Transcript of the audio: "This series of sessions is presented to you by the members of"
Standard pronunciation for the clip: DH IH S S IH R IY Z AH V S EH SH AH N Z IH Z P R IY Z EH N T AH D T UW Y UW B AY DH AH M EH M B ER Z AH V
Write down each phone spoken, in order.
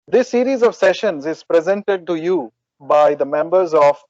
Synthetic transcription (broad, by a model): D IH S S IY R IY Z AH V S EH SH AH N Z IH Z P R IY Z EH N T AH D T UW Y UW B AY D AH M EH M B ER Z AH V